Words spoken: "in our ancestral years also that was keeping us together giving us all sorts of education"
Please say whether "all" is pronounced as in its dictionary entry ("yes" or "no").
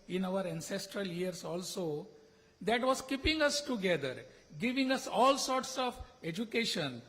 yes